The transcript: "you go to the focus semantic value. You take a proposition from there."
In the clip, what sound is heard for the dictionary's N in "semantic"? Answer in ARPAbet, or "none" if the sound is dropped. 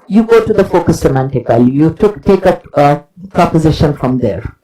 N